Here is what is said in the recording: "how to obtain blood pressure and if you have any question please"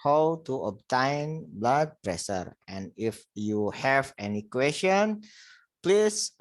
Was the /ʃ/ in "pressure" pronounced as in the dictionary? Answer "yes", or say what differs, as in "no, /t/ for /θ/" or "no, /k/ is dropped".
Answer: no, /s/ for /ʃ/